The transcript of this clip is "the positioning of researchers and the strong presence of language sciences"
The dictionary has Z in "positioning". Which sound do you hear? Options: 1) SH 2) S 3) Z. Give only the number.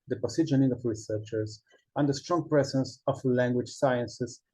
2